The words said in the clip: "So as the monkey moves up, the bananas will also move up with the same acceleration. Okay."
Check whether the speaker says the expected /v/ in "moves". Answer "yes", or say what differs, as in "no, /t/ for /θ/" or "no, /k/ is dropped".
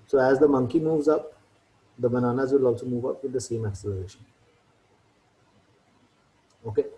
yes